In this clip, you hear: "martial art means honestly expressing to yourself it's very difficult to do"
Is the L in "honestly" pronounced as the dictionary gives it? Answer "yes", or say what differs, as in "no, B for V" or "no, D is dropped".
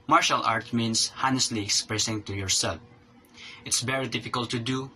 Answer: yes